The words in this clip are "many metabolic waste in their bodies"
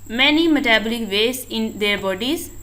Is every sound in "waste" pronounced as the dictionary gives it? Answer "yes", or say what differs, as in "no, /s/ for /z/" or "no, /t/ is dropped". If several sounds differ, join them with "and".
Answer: no, /t/ is dropped